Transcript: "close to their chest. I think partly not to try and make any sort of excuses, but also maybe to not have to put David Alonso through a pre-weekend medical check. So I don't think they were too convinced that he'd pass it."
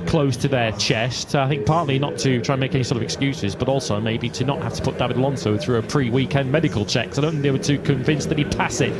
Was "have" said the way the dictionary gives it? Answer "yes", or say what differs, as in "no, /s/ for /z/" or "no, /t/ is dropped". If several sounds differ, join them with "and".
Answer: no, /f/ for /v/